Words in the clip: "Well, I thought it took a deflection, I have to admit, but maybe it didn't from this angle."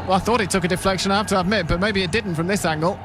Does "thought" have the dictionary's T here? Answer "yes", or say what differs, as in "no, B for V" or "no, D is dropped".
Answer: yes